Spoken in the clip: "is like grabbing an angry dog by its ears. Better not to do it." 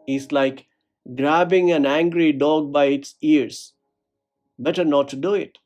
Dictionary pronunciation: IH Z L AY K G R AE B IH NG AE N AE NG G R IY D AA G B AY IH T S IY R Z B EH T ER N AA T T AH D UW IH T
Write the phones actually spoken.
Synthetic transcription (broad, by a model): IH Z L AY K G R AE B IH NG AE N AE NG G R IY D AA G B AY IH T S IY R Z B EH T ER N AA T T D UW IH T